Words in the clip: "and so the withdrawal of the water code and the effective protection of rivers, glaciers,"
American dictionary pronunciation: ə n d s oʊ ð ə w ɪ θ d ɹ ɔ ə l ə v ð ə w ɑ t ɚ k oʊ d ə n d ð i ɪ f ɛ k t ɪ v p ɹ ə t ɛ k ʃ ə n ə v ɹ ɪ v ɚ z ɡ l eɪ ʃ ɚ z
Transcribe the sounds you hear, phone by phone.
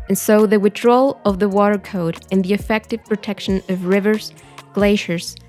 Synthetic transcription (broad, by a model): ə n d s oʊ ð ə w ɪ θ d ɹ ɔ l ə v ð ə w ɑ t ɚ k oʊ d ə n ð i ɪ f ɛ k t ɪ v p ɹ ə t ɛ k ʃ ə n ə v ɹ ɪ v ɚ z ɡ l eɪ ʃ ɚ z